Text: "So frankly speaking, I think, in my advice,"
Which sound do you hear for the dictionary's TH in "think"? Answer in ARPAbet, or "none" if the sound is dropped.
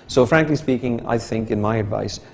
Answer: TH